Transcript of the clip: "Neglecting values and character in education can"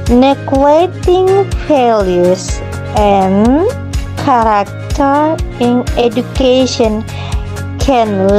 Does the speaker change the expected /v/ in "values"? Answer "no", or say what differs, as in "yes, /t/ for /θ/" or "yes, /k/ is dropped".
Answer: yes, /f/ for /v/